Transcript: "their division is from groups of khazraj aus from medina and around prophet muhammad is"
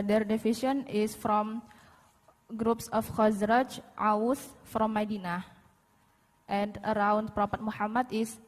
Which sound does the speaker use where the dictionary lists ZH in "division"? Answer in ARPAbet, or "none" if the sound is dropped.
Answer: SH